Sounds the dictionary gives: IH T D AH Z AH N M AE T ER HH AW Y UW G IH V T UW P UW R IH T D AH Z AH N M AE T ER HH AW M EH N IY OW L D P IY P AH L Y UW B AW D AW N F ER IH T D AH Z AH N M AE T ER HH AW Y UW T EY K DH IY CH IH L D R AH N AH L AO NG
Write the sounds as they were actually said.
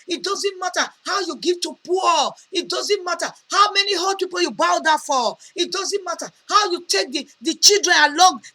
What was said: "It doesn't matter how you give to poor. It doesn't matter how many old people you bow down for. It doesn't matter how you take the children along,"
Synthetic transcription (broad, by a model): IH T D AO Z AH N M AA T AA HH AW Y UW G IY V T UW P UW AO IH T D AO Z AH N M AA T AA HH AW M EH N IY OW D P IY P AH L Y UW B AW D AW F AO IH T D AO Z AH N M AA T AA HH AW Y UW T EY K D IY CH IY L D R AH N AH L AO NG